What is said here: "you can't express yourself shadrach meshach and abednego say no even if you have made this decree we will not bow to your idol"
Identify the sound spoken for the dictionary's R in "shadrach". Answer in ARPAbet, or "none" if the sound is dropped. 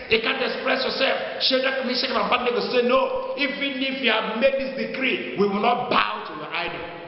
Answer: none